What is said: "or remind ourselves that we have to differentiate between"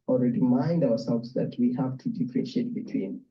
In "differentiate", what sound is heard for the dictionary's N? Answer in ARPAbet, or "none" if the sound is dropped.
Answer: none